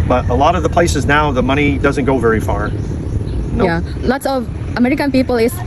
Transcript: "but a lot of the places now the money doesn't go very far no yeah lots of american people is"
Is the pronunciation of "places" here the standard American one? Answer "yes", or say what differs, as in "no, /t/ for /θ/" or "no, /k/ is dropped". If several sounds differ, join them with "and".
yes